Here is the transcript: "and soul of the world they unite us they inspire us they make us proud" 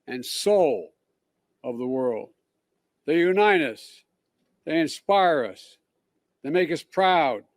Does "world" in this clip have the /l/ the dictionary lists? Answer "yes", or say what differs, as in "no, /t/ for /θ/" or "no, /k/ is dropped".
yes